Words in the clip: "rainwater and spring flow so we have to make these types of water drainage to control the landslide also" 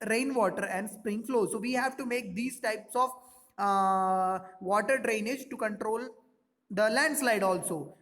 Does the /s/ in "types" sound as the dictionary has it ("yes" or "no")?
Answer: yes